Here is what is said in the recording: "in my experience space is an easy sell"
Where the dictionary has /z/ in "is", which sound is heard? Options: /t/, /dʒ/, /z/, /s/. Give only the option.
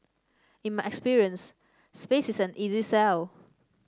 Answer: /s/